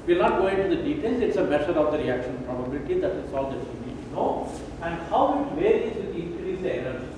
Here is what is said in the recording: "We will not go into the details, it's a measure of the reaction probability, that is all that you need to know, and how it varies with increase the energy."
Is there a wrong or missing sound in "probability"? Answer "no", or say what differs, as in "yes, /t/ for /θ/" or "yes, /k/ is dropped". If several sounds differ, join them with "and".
no